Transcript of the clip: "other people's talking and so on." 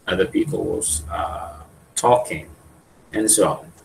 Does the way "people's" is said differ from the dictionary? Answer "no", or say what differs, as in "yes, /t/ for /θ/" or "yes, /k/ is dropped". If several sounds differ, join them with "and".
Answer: yes, /l/ is dropped